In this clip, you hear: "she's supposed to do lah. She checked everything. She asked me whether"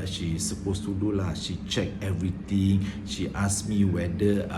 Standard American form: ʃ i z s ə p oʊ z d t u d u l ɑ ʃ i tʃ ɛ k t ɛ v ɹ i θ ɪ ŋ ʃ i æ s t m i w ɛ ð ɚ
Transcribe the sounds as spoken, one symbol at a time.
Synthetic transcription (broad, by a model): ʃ i s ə p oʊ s t u d u l ɑ ʃ i tʃ ɛ k ɛ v ɹ i t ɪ ŋ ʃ i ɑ s m i w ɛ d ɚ